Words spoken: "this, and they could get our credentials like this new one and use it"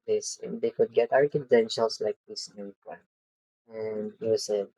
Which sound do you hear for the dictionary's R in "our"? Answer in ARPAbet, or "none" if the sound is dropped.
R